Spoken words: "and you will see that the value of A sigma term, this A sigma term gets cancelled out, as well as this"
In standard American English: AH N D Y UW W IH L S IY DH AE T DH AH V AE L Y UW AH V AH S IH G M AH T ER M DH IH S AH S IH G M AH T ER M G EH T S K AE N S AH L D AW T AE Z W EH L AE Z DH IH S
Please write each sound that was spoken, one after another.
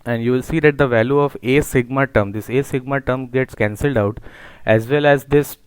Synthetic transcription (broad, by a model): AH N D Y UW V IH L S IY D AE T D AH V AE L Y UW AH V AH S IH G M AH T ER M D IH S AH S IH G M AH T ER M G EH T S K AE N S AH L D AW T AE Z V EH L AE Z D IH S